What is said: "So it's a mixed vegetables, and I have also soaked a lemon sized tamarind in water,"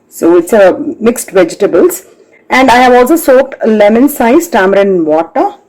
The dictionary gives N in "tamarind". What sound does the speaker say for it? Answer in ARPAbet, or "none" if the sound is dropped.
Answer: none